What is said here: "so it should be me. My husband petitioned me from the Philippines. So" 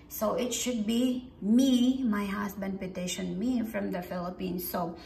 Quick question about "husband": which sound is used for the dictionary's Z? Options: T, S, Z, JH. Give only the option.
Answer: S